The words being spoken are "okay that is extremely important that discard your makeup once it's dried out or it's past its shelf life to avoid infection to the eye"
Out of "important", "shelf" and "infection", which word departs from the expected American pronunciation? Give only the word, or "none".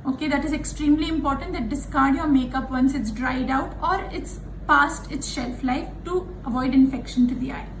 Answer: none